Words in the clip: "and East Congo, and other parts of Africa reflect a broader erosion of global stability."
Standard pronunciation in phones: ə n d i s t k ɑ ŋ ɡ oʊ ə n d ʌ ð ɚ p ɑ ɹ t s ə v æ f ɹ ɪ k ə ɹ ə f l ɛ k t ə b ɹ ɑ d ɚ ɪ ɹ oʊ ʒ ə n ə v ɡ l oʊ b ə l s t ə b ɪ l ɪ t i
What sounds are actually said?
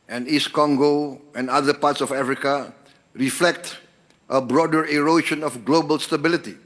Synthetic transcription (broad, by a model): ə n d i s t k ɑ ŋ ɡ oʊ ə n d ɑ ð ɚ p ɑ t s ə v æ f ɹ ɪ k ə ɹ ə f l ɛ k t ə b ɹ ɑ d ɚ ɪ ɹ oʊ ʃ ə n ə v ɡ l oʊ b ə l s t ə b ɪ l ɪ t i